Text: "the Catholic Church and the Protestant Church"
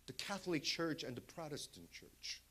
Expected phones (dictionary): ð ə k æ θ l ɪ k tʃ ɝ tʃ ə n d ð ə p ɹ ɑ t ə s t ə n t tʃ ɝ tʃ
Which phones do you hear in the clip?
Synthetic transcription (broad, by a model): ð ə k æ θ l ɪ k tʃ ɝ tʃ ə n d ð ə p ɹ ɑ t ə s t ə n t tʃ ɝ tʃ